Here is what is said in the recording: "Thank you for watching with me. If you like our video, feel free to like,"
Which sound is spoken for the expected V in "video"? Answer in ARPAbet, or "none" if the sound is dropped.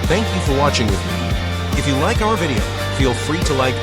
V